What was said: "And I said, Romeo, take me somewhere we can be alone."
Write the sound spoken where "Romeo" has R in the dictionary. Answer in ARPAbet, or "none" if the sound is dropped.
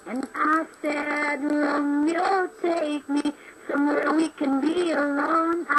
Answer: L